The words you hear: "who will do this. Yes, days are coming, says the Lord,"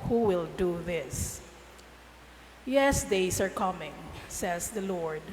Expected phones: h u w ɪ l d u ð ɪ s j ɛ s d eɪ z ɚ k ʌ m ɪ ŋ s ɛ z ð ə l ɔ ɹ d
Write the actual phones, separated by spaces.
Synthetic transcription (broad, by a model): h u w ɪ l d u ð ɪ s j ɛ s d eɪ s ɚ k ʌ m ɪ ŋ s ɛ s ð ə l ɔ ɹ d